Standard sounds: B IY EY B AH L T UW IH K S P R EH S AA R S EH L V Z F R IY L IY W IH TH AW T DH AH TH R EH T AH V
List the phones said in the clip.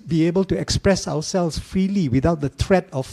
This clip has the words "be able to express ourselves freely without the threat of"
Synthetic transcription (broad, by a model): B IY EY B AH L T UW IH K S P R EH S AA W S EH L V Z F R IY L IY W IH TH AW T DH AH T R EH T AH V